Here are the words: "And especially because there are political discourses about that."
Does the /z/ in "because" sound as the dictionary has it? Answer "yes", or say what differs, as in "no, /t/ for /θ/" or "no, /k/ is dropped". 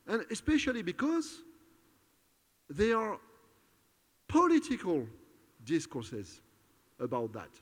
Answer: yes